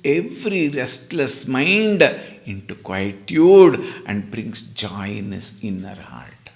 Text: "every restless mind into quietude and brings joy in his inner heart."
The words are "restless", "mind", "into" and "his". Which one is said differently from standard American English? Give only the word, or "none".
his